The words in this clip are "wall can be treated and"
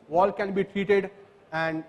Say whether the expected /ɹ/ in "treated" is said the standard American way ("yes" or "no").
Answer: yes